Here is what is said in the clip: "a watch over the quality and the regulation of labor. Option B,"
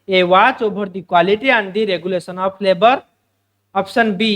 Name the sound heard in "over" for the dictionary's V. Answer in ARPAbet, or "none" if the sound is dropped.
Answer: B